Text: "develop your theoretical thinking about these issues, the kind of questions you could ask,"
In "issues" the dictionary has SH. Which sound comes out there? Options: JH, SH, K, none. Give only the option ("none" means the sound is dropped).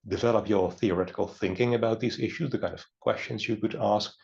SH